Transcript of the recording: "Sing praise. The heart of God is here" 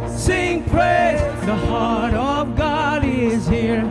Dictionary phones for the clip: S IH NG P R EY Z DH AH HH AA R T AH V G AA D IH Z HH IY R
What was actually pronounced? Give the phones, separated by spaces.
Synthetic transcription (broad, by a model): S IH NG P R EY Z DH AH HH AA R T AH V G AA D IH Z HH IY R